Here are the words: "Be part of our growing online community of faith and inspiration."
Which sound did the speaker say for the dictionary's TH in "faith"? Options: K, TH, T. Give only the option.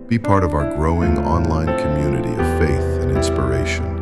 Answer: TH